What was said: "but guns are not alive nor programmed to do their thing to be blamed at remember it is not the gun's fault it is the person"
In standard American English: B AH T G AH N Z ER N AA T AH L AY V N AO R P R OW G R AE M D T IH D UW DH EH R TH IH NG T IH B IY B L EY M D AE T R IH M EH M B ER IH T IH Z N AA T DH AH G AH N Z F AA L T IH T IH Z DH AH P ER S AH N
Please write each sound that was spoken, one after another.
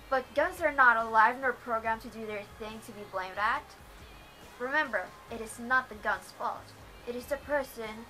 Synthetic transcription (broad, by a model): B AH T G AH N Z ER N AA T AH L AY V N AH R P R OW G R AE M T IH D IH DH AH R TH IH NG T IH B IY B L EY M D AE T R IH M EH M B ER IH T IH Z N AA T DH AH G AH N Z F AA L T IH T IH Z DH AH P ER S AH N